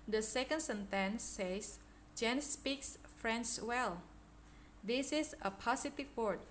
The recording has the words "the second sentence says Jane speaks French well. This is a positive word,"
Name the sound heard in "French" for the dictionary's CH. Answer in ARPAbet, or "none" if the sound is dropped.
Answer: S